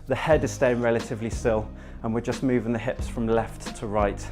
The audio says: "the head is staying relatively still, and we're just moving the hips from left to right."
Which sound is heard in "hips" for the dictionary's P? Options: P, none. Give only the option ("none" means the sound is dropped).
P